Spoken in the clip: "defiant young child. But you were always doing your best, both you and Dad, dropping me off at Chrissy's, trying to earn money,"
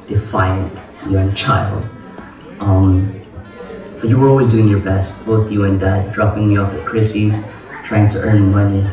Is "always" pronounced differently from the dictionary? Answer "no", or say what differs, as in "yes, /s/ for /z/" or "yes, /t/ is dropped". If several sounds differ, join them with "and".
no